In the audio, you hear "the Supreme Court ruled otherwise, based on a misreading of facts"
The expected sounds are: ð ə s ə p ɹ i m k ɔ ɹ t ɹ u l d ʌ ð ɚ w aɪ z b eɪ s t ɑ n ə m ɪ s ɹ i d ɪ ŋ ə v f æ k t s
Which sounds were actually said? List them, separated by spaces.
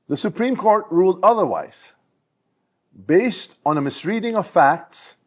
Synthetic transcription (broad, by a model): ð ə s ə p ɹ i m k ɔ ɹ t ɹ u l d ʌ ð ɚ w aɪ z b eɪ s t n ə m ɪ s ɹ i d ɪ ŋ ə v f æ k t s